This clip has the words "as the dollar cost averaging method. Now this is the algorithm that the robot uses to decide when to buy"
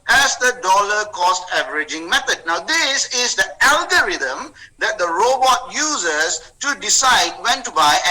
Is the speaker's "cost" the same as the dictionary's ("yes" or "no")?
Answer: yes